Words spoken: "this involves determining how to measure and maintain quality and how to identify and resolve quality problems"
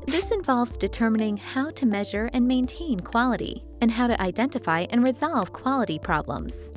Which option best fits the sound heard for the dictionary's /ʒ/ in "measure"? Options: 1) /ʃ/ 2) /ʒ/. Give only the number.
2